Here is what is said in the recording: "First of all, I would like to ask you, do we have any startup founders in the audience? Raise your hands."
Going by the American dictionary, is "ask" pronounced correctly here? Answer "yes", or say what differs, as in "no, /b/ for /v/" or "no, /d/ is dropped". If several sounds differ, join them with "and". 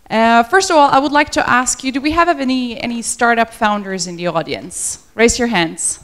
yes